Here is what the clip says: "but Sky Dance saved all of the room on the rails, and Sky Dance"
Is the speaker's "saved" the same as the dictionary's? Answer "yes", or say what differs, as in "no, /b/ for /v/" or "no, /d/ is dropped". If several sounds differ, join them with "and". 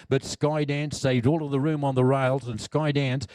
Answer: yes